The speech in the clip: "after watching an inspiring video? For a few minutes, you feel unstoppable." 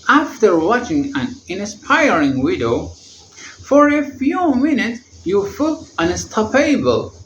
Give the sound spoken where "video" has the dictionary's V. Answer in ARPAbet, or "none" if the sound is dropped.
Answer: W